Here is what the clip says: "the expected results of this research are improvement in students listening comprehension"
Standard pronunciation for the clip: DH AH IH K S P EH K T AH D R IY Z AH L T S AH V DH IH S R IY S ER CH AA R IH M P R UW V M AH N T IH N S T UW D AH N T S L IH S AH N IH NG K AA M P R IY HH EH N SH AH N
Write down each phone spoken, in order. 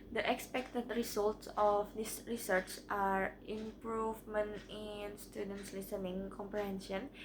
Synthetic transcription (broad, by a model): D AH IH K S P EH K T AH D R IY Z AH L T S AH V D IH S R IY S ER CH AA R IH M P R UW V M AH N T IH N S T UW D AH N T S L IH S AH N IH NG K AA M P R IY HH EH N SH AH N